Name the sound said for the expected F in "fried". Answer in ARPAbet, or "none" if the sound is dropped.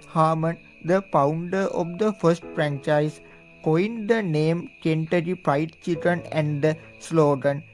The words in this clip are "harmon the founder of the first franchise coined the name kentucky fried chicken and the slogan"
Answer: P